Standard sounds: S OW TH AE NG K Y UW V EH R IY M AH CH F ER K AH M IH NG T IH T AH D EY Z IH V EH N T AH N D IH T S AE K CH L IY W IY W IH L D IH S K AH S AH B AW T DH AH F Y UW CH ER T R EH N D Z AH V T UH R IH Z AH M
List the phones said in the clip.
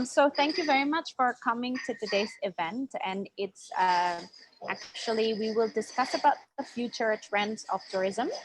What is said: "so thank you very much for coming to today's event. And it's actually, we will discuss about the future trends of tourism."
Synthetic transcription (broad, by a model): S OW TH AE NG K Y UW V EH R IY M AH CH F ER K AH M IH NG T IH T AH D EY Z IH V EH N T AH N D IH T S AE K CH L IY W IY W IH L D IH S K AH S AH B AW T DH AH F Y UW CH ER T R EH N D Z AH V T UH R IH Z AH M